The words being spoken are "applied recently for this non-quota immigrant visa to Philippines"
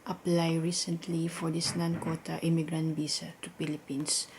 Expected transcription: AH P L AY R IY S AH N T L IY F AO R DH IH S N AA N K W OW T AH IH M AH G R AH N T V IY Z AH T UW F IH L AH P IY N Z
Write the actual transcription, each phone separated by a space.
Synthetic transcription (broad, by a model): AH P L AY R IY S AH N T L IY F AO R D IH S N AA N K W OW T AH IH M AH G R AH N T B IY S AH T UW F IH L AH P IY N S